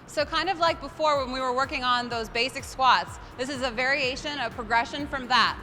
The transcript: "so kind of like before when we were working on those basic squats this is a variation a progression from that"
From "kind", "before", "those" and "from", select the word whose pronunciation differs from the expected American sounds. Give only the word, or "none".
none